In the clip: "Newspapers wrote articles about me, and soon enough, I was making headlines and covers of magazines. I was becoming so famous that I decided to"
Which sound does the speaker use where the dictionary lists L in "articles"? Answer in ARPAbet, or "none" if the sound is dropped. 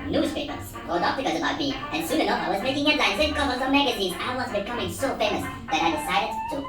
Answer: none